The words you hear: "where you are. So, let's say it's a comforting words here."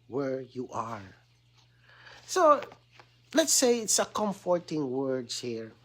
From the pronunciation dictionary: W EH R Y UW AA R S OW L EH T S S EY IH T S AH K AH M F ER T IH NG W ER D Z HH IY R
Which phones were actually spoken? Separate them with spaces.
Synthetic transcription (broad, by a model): W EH R Y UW AA R S OW L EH T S S EY IH T S AH K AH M F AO T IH NG W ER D HH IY R